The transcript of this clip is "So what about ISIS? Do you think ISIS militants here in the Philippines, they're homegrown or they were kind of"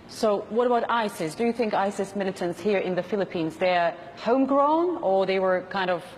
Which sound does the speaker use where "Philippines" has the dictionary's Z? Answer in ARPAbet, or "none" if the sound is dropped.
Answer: Z